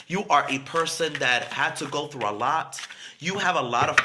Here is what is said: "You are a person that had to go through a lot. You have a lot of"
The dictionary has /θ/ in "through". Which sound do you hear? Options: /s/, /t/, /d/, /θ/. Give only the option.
/θ/